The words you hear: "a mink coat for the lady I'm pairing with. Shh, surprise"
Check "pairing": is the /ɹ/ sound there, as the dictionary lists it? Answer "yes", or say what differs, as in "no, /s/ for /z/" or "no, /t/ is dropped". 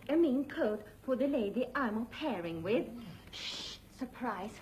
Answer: yes